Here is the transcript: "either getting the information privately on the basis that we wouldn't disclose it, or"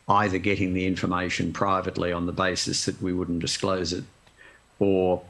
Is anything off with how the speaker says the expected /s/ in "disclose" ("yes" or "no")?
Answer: no